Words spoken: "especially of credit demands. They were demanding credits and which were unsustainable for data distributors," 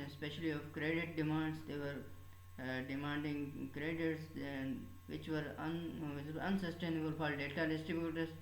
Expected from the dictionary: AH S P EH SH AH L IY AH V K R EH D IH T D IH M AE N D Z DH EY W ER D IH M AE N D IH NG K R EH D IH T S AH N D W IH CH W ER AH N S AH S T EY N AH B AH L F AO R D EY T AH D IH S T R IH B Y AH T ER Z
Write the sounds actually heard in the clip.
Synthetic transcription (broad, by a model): S P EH SH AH L IY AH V K R EH D IH T D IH M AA N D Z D EY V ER D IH M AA N D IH NG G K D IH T AH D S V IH CH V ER AH N S AH S T EY N AH B AH L F AO R D EY T AH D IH S T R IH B Y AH T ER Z